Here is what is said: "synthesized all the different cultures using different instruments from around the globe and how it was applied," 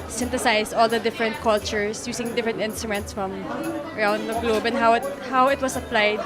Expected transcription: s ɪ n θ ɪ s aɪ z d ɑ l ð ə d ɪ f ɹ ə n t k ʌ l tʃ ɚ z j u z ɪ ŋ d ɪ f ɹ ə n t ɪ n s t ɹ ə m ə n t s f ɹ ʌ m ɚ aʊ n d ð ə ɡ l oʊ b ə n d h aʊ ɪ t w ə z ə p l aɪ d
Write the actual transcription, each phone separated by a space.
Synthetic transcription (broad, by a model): s ɪ n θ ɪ s aɪ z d ɑ l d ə d ɪ f ɹ ə n t k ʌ l tʃ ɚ s j u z ɪ ŋ d ɪ f ɹ ə n t ɪ n s t ɹ ə m ə n t s f ɹ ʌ m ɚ aʊ n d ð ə ɡ l oʊ b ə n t h aʊ ɪ t w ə s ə p l aɪ d